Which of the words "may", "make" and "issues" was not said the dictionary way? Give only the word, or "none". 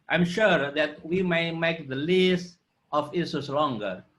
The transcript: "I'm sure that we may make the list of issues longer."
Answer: issues